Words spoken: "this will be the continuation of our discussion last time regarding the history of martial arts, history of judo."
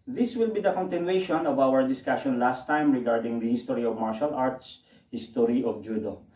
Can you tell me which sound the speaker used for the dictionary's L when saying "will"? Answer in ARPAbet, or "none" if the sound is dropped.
L